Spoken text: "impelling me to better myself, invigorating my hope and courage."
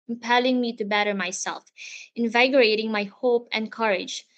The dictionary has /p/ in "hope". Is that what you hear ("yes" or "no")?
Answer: yes